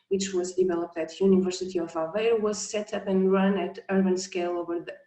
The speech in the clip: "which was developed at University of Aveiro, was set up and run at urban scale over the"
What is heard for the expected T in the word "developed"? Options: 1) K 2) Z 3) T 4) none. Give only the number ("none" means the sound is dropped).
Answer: 3